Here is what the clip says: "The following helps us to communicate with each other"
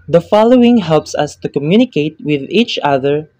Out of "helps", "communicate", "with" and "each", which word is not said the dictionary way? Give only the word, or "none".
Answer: none